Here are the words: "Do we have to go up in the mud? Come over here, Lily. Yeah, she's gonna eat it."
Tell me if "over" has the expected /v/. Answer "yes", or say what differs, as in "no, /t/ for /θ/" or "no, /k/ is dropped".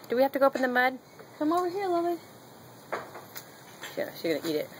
no, /w/ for /v/